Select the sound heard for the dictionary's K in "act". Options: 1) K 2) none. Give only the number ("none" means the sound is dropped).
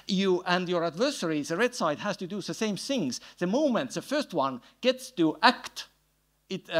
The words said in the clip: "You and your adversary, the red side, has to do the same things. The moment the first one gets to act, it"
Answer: 1